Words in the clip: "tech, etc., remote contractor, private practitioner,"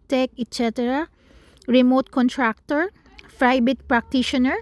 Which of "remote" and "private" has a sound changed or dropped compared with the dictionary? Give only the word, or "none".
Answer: private